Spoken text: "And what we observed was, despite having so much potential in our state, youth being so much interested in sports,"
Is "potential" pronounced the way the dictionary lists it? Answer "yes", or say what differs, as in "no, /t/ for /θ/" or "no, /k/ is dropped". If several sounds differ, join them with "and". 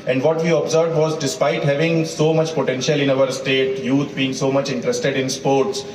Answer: yes